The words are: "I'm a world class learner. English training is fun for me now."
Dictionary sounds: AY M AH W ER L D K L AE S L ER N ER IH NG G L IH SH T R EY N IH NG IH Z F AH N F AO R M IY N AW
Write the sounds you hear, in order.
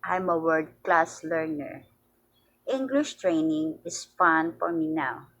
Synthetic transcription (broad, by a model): AY M AH W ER D K L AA S L ER N ER IH NG G L IH SH T R EY N IH NG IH S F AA N F AO R M IY N AW